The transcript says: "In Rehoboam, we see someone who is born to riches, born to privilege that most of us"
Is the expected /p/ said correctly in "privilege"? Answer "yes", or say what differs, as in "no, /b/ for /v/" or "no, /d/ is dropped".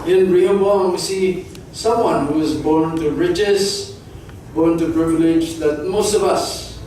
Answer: no, /b/ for /p/